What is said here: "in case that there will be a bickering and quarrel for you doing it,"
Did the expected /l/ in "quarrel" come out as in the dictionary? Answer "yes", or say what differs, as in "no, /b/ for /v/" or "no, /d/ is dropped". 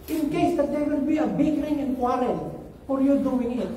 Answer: no, /n/ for /l/